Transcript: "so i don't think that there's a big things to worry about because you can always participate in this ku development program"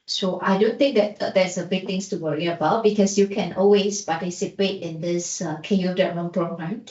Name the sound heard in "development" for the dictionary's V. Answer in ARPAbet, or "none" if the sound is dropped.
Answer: none